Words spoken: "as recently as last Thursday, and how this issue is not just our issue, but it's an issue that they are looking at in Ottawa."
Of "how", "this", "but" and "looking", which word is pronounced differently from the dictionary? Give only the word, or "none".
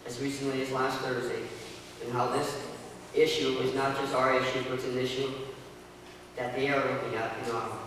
looking